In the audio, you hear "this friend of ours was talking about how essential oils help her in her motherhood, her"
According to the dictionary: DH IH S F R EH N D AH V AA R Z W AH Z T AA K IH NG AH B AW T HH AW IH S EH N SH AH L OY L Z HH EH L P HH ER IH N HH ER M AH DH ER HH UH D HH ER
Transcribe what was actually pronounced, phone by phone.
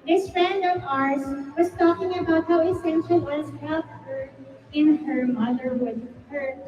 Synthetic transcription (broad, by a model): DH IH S F R EH N D AH V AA R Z W AH Z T AA K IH NG AH B AW T HH AW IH S EH N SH L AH Z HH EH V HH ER IH N ER M AH DH ER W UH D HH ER